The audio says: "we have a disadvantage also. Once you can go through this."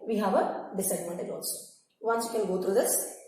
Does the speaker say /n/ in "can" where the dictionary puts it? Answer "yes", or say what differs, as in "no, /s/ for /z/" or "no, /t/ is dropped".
no, /l/ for /n/